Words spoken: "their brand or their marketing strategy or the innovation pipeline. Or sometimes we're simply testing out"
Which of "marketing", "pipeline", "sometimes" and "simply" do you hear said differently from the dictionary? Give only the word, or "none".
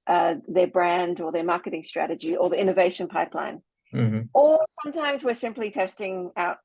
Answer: none